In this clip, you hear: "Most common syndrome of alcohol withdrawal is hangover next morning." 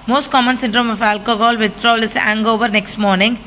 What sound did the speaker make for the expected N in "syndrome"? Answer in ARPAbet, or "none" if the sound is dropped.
N